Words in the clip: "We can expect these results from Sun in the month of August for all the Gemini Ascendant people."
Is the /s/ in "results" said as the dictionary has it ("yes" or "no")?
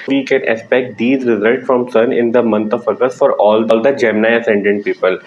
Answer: yes